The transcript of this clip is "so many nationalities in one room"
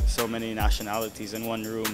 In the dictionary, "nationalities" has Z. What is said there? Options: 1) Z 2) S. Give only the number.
1